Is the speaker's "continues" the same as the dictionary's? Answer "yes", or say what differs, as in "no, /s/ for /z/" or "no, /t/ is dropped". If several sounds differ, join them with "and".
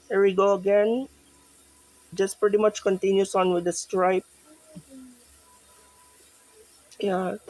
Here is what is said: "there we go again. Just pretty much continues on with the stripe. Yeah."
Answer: no, /s/ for /z/